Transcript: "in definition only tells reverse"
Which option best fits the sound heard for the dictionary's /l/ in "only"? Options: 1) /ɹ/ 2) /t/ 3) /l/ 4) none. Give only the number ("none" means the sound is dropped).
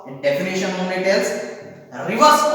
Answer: 4